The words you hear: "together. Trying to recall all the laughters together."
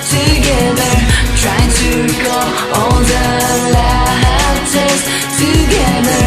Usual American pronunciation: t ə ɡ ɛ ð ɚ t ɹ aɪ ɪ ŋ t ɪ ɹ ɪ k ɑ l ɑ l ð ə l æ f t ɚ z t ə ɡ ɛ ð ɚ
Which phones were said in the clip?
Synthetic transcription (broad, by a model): t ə ɡ ɛ ð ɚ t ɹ aɪ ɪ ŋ t ɪ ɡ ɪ ʊ ɑ l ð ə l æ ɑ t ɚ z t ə ɡ ɛ ð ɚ